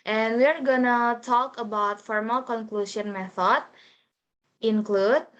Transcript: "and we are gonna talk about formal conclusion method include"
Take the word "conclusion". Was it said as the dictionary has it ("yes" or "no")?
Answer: no